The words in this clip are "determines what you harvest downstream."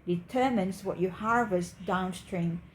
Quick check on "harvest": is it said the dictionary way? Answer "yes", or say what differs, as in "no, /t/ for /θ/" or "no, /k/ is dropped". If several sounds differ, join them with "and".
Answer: yes